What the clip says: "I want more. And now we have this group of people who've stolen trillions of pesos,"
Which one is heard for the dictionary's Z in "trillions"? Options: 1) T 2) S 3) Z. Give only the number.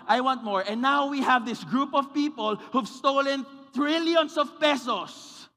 2